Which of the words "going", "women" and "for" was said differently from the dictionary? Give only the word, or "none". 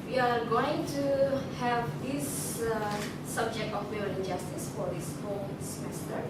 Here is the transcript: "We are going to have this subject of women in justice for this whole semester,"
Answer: women